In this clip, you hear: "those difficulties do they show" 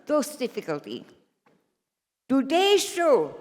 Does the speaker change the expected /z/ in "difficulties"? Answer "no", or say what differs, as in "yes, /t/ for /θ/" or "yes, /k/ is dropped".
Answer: yes, /z/ is dropped